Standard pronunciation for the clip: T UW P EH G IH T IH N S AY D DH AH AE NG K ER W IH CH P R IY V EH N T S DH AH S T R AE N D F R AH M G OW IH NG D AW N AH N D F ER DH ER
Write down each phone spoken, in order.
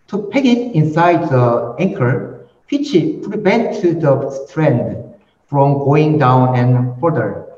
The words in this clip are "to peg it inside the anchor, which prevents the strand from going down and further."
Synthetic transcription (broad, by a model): T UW P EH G IH T IH N S AY D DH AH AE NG K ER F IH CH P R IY B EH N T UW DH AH S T R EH N D F R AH M G OW IH NG D AW N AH N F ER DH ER